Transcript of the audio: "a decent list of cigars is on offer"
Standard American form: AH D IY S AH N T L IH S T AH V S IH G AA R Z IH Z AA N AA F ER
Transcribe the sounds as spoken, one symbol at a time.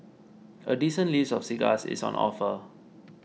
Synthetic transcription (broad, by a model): AH D IY S AH N L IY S AH F S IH G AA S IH S AA N AA F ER